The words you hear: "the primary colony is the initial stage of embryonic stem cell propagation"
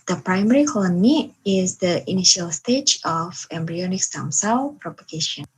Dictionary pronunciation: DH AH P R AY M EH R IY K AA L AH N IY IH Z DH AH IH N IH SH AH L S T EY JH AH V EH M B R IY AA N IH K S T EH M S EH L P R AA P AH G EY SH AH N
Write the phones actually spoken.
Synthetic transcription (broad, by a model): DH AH P R AY M EH R IY K AA L AH N IY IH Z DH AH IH N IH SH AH L S T EY JH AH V EH M B R IY AA N IH K S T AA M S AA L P R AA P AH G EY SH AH N